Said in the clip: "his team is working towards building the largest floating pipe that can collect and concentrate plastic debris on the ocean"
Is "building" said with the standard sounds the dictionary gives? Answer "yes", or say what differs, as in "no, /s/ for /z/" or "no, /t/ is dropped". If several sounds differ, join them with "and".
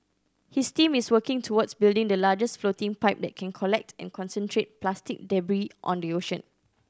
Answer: yes